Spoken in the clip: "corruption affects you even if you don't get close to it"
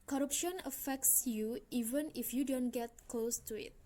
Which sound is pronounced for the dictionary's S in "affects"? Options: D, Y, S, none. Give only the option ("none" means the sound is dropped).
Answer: S